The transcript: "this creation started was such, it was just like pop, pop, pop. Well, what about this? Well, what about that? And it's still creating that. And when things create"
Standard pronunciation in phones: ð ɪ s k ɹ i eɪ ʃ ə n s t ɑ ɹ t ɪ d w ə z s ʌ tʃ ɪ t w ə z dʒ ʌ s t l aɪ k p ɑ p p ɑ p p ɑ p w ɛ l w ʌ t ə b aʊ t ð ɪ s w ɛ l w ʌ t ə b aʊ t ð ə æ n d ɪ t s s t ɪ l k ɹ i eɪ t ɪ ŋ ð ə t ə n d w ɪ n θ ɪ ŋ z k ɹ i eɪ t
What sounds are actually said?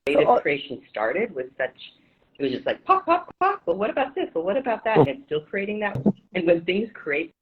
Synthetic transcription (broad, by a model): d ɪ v k ɹ i eɪ ʃ ə n s t ɑ ɹ t ɪ d w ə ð s ʌ tʃ ɪ t w ə z dʒ ʌ s t l aɪ k p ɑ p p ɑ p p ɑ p w ɛ l w ʌ t ə b aʊ t ð ɪ s w ɛ l w ʌ t ə b aʊ t ð ə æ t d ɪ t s s t ɪ l k ɹ i eɪ t ɪ ŋ ð ə t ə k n w ɪ n θ ɪ ŋ z k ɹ i eɪ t